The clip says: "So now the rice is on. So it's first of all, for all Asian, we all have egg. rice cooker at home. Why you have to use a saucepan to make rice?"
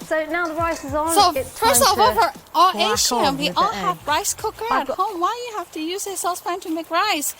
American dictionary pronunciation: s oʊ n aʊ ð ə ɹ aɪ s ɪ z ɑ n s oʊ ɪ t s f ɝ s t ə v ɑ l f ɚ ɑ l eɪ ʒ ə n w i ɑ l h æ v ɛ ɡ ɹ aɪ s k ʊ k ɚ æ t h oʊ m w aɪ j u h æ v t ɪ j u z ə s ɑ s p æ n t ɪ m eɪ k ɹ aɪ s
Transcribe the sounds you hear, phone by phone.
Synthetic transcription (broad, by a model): s oʊ n aʊ ð ə ɹ aɪ s ɪ z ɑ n s oʊ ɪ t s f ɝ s ə v ɚ ɑ l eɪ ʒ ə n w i ɑ l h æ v ɹ aɪ s k ʊ k ɚ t h oʊ m w aɪ j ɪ h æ f t ɪ j u z ə s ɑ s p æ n t ɪ m eɪ k ɹ aɪ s